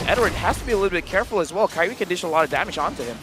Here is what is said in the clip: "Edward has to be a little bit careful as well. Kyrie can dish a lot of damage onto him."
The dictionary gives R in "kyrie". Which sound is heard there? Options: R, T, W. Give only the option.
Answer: W